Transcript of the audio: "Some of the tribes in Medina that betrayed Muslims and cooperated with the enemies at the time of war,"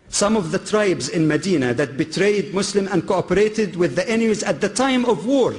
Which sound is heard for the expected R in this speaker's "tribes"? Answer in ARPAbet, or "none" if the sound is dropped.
R